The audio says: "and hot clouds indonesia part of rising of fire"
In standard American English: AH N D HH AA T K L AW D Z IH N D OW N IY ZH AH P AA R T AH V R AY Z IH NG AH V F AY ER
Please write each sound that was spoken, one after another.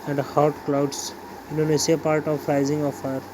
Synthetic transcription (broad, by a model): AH N D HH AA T K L AW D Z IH N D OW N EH S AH P AA R T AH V R AY Z IH NG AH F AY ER